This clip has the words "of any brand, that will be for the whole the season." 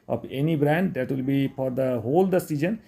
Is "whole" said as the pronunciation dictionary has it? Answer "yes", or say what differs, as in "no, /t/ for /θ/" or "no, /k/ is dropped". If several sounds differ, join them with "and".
yes